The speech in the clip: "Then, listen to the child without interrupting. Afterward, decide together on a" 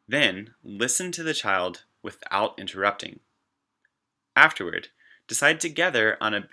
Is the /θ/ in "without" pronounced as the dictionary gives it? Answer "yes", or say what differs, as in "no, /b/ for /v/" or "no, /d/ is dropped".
yes